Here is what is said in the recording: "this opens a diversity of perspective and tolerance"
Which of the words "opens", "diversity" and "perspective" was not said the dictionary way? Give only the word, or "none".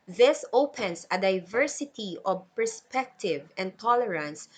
opens